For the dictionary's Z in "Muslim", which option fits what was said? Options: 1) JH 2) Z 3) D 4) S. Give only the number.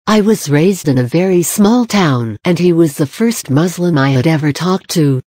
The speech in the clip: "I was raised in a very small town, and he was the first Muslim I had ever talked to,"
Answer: 2